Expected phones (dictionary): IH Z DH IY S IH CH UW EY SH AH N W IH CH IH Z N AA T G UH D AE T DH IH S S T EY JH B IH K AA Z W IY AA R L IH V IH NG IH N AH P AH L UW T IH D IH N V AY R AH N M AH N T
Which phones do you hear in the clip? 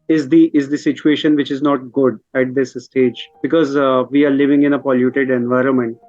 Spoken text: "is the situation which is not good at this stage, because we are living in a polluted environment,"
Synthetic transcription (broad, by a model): IH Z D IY S IH CH UW EY SH AH N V IH CH IH Z N AA T G UH D AE T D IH S S T EY JH B IH K AA Z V IY AA R L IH V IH NG IH N AH P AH L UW T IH D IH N V AY R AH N M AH N T